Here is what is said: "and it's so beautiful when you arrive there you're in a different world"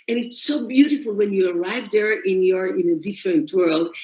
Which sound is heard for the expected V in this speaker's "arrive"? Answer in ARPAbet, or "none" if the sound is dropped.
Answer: V